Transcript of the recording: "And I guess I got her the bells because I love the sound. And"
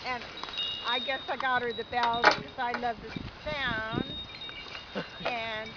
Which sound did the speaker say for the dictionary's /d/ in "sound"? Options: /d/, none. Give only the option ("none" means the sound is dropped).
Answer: none